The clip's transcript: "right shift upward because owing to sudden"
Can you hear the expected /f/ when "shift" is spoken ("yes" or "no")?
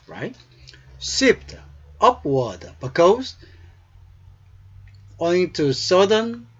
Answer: no